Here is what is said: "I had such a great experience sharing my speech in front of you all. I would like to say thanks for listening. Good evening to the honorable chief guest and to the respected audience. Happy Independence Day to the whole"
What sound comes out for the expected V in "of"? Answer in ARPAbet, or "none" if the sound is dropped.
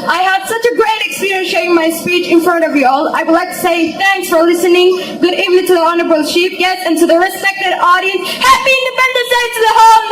V